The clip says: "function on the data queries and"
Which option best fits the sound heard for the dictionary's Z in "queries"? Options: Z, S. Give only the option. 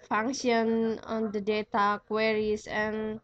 S